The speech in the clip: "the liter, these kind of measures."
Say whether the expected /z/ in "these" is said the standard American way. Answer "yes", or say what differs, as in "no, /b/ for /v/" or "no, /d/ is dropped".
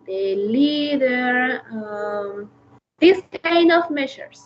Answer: no, /s/ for /z/